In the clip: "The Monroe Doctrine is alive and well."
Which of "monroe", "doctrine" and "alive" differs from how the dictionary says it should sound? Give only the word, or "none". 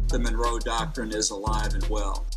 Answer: none